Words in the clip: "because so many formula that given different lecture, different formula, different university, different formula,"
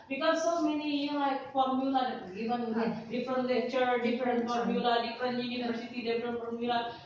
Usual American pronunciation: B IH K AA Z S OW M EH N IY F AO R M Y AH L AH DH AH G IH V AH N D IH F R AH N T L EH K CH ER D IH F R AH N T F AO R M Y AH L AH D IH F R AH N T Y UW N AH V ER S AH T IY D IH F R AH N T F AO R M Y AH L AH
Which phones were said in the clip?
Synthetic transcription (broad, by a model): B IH K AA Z S OW M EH N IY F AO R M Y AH L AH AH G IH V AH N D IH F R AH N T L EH CH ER D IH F R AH N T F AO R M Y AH L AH D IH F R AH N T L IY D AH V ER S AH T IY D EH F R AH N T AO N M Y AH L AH